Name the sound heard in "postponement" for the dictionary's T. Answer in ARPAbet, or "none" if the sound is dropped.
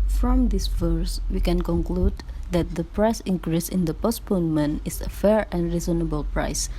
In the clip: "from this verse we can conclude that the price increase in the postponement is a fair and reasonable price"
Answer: none